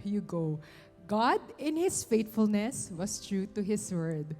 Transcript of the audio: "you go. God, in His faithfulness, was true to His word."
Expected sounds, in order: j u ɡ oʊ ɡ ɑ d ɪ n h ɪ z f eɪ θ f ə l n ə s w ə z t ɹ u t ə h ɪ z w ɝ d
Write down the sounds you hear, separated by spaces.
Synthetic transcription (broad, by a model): j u ɡ oʊ ɡ ɑ d ɪ n h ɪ s f eɪ t f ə l n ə s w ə s t ɹ u t ə h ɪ s w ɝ d